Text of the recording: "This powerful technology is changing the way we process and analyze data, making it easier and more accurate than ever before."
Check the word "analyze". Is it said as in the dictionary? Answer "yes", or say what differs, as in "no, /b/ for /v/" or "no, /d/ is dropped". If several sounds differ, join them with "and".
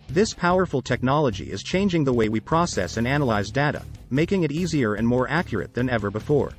yes